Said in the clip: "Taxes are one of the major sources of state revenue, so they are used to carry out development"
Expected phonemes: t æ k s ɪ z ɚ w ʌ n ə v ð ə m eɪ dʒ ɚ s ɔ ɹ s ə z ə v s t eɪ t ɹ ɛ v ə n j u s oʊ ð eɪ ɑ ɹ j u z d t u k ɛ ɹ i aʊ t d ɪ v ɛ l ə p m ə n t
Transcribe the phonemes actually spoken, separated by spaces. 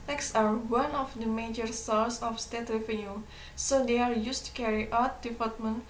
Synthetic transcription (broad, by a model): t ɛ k s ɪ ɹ w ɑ n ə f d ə m eɪ dʒ ɚ s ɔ l s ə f s t eɪ t ɹ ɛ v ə n j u s oʊ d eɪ ɑ ɹ j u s t u k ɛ ɹ i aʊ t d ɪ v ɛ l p m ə n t